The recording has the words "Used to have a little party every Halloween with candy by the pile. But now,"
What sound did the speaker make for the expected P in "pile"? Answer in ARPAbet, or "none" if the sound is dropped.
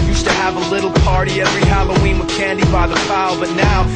F